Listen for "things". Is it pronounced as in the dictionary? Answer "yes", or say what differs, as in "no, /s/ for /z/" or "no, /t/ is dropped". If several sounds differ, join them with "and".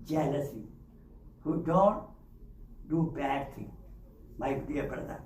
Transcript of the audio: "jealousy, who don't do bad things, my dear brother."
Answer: no, /t/ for /θ/ and /z/ is dropped